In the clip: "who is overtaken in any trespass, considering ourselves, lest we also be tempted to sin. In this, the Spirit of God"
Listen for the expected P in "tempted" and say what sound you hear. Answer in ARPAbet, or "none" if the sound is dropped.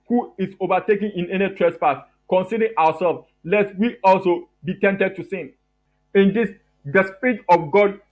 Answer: none